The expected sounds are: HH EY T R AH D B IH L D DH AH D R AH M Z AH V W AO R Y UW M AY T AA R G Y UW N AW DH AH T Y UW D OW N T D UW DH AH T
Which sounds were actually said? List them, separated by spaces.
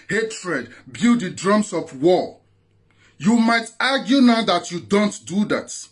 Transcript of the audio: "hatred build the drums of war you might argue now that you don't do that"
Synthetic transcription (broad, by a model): HH EY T R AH D B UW D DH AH D R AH M S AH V W AO Y UW M AY T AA G Y UW N AW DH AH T Y UW D OW N T D UW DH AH T